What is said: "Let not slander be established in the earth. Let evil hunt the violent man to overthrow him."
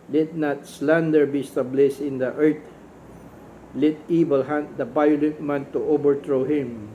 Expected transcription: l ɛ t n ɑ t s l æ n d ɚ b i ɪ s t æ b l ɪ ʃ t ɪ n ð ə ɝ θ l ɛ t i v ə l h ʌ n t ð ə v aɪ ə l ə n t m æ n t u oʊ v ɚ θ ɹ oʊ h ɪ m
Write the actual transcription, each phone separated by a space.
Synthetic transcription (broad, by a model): l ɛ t n ɑ t s l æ n d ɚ b i s t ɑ b l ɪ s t ɪ n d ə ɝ t l ɛ t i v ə l h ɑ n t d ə b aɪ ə l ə t m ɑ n t u oʊ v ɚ t ɹ oʊ h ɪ m